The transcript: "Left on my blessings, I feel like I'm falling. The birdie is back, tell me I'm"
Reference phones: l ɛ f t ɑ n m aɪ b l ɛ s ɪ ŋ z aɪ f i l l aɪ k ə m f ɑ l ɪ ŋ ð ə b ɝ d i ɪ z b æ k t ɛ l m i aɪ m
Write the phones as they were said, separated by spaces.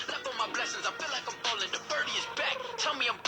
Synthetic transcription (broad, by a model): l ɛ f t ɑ m aɪ b l ɛ s ɪ ŋ z aɪ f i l l aɪ k ə m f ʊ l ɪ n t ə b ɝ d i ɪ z b æ k t ɛ l m i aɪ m